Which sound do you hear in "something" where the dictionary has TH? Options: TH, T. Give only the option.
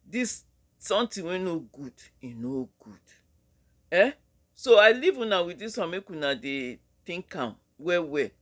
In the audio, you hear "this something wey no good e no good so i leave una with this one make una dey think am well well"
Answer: T